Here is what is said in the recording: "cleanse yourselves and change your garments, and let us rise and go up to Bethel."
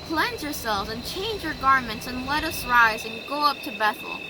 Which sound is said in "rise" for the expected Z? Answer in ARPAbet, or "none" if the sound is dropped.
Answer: Z